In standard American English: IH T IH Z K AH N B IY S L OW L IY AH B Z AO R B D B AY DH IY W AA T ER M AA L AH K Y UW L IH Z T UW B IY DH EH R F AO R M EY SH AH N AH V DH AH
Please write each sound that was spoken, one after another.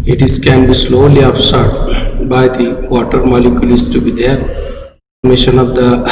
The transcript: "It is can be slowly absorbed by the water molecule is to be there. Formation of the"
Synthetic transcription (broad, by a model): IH T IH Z K AH N B IY S L OW L IY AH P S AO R D B AY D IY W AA T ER M AA L AH K Y UW L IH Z T UW B IY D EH R P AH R M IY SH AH N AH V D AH